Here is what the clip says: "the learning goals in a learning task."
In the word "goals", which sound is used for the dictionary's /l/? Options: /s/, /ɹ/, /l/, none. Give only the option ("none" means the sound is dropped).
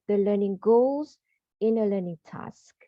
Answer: /l/